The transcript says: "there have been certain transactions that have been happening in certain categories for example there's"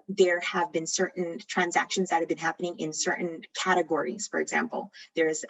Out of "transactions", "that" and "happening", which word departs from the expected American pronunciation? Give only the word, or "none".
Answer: none